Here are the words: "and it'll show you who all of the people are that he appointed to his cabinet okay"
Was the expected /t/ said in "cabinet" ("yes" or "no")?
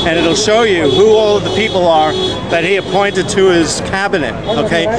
yes